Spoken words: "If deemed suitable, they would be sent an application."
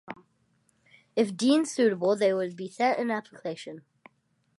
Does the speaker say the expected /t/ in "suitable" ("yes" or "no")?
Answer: yes